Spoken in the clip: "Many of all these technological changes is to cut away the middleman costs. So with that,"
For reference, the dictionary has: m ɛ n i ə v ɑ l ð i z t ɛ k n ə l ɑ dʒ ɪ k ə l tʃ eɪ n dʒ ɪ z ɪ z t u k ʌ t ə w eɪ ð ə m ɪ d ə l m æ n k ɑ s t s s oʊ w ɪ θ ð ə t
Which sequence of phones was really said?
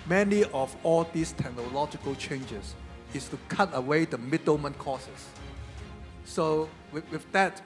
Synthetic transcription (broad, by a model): m ɛ n i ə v ɑ l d i s t ɛ k n ə l ɑ dʒ ɪ k ə l tʃ eɪ n dʒ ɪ s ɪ s t u k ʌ t ə w eɪ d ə m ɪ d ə m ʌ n k ɑ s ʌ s s oʊ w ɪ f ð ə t